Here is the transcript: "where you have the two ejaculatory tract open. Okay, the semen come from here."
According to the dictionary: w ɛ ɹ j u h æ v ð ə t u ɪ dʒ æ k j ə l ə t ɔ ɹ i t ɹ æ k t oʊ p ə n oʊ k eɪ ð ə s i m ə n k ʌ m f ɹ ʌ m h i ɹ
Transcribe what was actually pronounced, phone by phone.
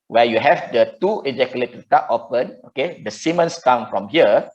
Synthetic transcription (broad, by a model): w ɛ j u h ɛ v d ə t u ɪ dʒ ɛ k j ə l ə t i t ɑ t oʊ p ə n oʊ k eɪ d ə s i m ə n k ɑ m f ɹ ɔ m h i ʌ